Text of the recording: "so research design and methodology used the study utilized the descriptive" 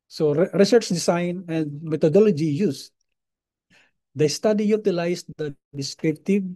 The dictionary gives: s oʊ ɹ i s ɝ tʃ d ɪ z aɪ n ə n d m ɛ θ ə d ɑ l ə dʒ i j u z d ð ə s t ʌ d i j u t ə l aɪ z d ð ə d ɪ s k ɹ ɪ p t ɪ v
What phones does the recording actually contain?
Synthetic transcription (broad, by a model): s oʊ ɹ i s ɝ tʃ d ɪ s aɪ n ə n d m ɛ t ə d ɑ l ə dʒ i j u s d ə s t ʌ d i j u t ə l aɪ s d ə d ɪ s k ɹ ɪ p t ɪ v